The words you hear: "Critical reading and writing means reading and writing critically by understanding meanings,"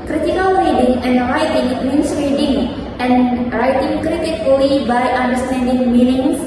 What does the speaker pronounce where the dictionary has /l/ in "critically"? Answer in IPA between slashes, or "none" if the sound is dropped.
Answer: none